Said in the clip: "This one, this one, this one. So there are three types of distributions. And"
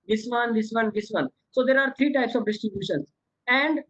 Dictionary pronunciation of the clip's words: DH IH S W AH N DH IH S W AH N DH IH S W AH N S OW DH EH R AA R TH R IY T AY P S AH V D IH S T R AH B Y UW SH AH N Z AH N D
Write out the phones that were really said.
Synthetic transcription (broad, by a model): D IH S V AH N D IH S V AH N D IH S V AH N S OW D EH R AA R T R IY T AY P S AH V D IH S T R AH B Y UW SH AH N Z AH N D